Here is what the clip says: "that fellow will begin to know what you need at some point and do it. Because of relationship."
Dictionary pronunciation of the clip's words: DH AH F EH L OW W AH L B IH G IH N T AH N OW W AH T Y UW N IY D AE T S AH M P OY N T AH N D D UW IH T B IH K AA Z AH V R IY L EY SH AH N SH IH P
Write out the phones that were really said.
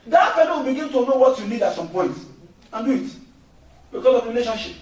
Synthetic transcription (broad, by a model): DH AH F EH N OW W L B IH G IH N T AH N OW W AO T Y UW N IY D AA T S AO M P OY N T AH N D D UW IH T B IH K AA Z AH V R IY L EY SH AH N SH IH P